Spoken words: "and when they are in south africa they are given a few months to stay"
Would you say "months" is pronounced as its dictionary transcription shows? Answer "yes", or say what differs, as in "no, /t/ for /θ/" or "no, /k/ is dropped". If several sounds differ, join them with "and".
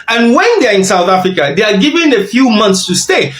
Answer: yes